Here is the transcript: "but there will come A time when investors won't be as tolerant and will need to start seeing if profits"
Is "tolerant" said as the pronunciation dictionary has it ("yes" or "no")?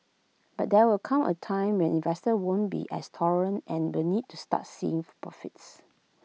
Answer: no